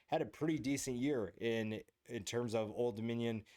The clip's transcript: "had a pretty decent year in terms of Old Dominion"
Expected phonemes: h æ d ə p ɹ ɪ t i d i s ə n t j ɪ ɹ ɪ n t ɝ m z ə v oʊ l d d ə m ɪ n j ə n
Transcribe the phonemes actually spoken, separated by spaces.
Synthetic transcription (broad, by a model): h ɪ d ə p ɹ ɪ t i d i s ə n t j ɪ ɹ ɪ n t ɝ m z ə v oʊ l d d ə m ɪ n j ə n